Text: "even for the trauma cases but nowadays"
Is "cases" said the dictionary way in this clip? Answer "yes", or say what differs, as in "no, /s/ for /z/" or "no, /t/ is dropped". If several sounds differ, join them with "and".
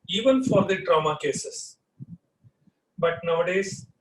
no, /s/ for /z/